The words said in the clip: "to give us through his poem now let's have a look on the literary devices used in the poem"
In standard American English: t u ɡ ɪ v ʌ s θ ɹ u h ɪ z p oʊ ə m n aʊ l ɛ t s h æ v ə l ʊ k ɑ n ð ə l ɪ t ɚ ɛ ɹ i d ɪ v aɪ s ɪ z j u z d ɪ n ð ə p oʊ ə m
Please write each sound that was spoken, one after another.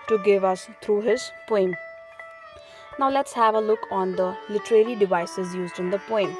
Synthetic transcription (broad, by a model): t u ɡ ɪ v ʌ s t ɹ u h ɪ z p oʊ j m n aʊ l ɛ t s h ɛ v ə l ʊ k ɑ n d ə l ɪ t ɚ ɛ l i d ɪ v aɪ s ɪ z j u z d ɪ n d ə p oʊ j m